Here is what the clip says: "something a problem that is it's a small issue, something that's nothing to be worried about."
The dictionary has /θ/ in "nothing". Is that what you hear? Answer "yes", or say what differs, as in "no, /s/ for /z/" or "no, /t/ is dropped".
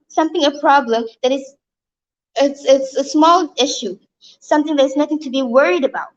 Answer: yes